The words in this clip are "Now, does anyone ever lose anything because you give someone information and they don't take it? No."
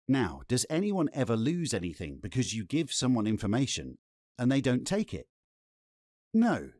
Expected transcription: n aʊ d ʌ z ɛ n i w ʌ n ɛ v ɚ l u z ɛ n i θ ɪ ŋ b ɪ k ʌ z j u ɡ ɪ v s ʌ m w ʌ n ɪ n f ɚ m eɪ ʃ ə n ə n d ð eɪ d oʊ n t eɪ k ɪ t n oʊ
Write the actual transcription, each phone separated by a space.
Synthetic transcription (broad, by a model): n aʊ d ʌ z ɛ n i w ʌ n ɛ v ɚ l u z ɛ n i θ ɪ ŋ b ɪ k ʌ z j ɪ ɡ ɪ v s ʌ m w ʌ n ɪ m f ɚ m eɪ ʃ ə n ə n ð eɪ d oʊ n t eɪ k ɪ t n oʊ